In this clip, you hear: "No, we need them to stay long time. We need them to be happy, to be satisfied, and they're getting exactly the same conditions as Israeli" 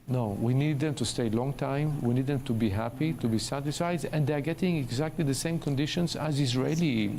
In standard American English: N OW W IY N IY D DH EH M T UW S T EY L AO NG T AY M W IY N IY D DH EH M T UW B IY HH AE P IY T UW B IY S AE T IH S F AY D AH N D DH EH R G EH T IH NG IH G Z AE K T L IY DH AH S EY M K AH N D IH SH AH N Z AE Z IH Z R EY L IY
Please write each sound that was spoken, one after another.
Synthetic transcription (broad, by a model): N OW W IY N IY D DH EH M T UW S T EY L AO NG T AY M W IY N IY D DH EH M T UW B IY HH AE P IY T UW B IY S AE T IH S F AY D AH N D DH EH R G EH T IH NG IH G Z AE K T L IY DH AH S EY M K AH N D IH SH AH N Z AE Z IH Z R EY L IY